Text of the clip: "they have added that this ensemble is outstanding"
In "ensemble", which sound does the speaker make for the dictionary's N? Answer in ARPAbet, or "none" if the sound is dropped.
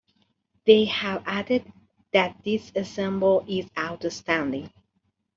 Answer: none